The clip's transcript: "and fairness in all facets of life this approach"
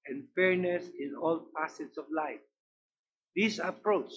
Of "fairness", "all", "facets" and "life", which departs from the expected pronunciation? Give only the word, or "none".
facets